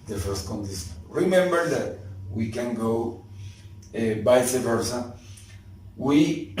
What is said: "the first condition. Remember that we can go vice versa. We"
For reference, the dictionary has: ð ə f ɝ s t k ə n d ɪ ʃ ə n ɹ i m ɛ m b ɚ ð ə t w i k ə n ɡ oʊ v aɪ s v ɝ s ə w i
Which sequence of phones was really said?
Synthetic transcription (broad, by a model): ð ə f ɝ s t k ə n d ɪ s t ɹ i m ɛ m b ɚ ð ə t w i k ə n ɡ oʊ b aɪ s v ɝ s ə w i